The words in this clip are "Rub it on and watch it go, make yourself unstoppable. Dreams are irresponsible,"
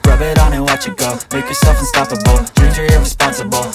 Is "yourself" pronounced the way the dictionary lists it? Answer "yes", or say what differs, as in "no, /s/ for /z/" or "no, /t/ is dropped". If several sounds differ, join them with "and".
yes